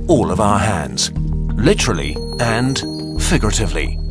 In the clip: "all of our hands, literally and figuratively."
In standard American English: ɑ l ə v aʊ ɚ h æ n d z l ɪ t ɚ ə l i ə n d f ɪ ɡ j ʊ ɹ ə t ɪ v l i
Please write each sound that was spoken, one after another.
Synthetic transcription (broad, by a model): ɑ l ə v aʊ ɚ h æ n d z l ɪ t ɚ l i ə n f ɪ ɡ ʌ ɹ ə t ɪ v l i